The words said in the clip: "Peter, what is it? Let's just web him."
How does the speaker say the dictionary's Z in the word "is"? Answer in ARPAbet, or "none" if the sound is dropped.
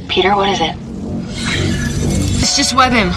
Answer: Z